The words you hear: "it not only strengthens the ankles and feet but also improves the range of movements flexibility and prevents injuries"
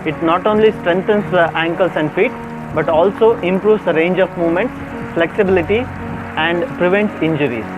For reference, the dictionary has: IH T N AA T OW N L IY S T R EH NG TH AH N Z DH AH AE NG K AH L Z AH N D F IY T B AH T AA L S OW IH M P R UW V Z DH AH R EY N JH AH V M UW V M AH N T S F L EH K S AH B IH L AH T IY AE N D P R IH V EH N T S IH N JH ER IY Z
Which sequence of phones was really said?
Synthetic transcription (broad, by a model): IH T N AA T OW N L IY S T R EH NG T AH N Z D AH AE NG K AH L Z AH N D F IY T B AH T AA L S OW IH M P R UW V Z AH R EY N JH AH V M UW V M AH N T S F L EH K S AH B IH L AH T IY AE N D P R IH V EH N T S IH N JH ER IY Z